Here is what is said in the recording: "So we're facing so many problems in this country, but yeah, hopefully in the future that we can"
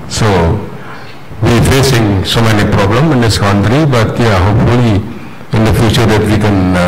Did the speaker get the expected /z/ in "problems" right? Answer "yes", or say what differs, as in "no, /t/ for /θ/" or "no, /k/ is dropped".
no, /z/ is dropped